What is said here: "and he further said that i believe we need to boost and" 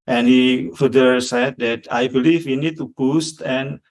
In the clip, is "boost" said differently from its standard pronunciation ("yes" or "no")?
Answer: no